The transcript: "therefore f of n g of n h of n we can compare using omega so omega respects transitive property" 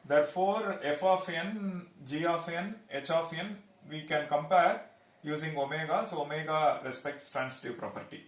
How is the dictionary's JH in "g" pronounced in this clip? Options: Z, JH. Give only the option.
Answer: JH